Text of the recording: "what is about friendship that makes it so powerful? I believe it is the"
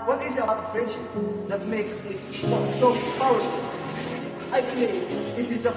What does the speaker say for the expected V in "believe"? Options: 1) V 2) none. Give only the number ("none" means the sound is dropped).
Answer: 2